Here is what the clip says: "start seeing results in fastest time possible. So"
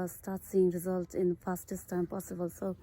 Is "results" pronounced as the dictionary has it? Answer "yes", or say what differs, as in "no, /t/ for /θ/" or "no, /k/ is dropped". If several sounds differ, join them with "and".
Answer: no, /s/ is dropped